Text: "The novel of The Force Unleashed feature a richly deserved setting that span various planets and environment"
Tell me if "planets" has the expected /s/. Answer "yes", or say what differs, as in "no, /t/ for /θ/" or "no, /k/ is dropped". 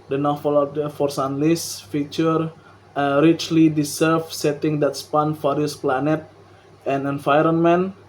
no, /s/ is dropped